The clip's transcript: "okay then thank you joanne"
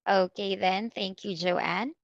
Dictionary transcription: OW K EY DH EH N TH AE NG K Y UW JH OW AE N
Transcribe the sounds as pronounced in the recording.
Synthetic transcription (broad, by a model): OW K EY DH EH N TH AE NG K Y UW JH OW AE N